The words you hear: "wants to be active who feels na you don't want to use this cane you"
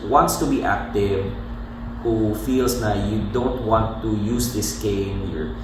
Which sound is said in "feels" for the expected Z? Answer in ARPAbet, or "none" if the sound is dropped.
S